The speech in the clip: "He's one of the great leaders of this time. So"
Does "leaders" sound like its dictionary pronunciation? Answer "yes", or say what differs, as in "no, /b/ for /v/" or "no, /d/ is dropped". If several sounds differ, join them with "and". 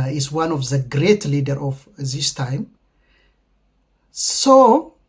no, /z/ is dropped